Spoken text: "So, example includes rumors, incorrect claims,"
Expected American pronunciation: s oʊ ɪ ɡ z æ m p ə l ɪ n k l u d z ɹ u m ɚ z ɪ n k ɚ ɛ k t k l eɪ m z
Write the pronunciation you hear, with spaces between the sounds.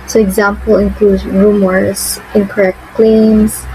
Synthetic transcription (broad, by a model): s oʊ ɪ ɡ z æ m p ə l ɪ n k l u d ɹ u m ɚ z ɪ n k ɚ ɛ k t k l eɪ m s